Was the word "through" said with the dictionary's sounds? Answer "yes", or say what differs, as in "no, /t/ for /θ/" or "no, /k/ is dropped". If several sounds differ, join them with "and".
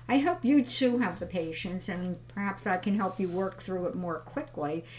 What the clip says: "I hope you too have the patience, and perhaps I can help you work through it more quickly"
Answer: yes